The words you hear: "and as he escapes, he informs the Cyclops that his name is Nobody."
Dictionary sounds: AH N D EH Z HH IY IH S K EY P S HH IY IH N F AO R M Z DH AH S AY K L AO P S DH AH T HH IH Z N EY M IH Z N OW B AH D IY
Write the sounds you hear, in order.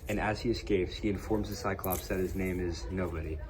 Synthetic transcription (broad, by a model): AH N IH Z HH IY IH S K EY P S HH IY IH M F AO R M Z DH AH S AY K L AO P S DH AH T HH IH Z N EY M IH Z N OW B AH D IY